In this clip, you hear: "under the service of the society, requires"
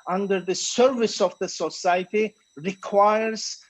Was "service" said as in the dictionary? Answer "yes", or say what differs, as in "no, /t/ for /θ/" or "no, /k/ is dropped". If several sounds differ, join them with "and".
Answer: yes